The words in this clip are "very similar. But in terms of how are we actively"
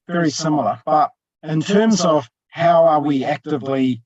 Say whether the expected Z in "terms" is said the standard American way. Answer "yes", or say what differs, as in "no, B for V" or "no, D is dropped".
yes